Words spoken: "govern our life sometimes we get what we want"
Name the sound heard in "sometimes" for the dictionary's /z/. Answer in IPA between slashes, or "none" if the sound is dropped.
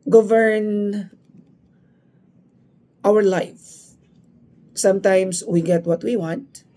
/s/